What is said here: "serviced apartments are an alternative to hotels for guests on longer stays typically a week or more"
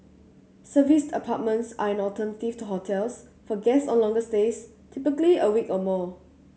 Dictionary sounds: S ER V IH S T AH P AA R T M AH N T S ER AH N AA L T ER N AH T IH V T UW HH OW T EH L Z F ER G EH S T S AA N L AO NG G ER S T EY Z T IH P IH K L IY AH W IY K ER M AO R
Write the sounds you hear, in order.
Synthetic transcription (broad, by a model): S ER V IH S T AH P AA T M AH N T S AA AH N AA T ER N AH T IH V T UW HH OW T EH L S F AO G EH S S AA N L AO NG G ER S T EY S T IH P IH K L IY AH W IY K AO M AO